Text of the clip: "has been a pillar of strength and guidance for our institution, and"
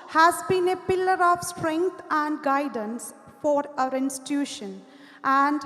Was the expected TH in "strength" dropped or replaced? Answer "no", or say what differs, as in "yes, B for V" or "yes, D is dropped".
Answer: yes, T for TH